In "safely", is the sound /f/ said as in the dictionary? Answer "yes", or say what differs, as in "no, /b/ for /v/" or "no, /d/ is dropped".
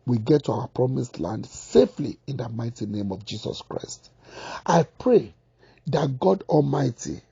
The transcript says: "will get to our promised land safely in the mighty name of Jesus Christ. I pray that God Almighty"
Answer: yes